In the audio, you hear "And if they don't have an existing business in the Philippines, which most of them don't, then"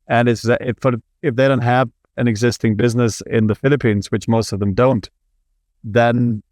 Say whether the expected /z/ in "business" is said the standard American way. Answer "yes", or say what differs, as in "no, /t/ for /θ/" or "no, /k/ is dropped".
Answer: yes